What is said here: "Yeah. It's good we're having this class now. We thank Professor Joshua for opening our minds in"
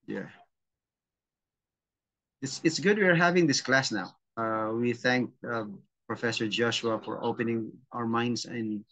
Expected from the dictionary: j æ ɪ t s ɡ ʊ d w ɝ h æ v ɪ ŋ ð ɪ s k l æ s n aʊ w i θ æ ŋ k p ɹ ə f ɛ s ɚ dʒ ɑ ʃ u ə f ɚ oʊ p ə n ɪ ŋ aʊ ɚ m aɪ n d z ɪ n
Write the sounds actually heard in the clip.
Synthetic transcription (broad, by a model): j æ ɪ t s ɡ ʊ d w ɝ h æ v ɪ ŋ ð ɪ s k l æ s n aʊ w i θ æ ŋ k p ɹ ə f ɛ s ɚ dʒ ɑ ʃ u ə f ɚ oʊ p ə n ɪ ŋ aʊ ɚ m aɪ n d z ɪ n